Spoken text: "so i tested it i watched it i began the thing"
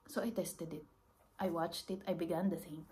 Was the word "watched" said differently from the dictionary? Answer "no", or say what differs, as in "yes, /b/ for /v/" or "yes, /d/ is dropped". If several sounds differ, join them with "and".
no